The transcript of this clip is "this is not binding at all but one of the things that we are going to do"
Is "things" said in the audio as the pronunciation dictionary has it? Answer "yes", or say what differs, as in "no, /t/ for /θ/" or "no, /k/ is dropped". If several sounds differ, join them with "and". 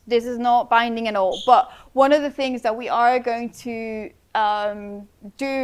yes